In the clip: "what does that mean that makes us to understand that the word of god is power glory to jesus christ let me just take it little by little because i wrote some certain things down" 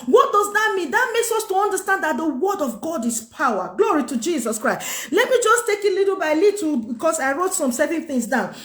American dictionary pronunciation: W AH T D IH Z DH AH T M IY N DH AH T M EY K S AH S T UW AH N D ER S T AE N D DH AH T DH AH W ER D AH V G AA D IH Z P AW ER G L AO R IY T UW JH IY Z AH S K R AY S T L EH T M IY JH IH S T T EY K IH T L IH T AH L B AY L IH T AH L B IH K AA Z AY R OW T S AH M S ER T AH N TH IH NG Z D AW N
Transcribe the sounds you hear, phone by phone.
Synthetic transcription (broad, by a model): W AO T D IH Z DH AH T M IY N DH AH T M EY K S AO S T UW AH N D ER S T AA N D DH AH T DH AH W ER D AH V G AA D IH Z P AW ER G L AO R IY T UW JH IY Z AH S K R AY S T L EH T M IY JH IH S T T EY K IH T L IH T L B AY L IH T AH B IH K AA S AY R OW T S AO M S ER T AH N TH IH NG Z D AW N